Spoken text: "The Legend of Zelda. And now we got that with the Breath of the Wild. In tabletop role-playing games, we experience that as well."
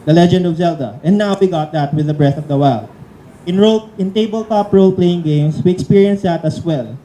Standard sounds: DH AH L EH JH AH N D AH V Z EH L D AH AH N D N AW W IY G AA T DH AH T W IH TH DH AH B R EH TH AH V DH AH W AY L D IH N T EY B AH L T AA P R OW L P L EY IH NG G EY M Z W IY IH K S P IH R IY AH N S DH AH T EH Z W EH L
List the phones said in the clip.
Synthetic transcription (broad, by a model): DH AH L EH JH AH N D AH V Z EH L D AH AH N N AW W IY G AA T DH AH T W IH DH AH B R EH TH AH V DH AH W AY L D IH N T EY B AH L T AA P R OW L P L EY IH NG G EY M S W IY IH K S P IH R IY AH N S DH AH T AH S W EH L